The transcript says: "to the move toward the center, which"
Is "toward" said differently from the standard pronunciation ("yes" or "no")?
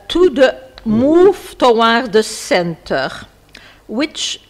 yes